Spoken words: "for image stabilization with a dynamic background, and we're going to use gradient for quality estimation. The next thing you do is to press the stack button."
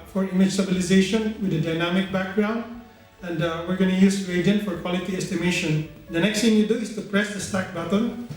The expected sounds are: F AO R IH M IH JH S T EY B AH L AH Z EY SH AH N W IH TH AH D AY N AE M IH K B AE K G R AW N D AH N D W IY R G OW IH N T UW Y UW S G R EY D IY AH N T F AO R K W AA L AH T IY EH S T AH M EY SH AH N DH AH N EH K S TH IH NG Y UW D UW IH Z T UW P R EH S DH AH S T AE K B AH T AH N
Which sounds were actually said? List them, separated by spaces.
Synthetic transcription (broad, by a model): F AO R IH M IH JH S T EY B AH L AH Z EY SH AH N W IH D AH D AY N AE M IH K B AE K G R AW N D AH N D W IY R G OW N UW Y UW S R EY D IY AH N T F AO R K W AA L AH T IY EH S T AH M EY SH AH N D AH N EH K S T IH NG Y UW D UW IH S T UW P R EH S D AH S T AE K B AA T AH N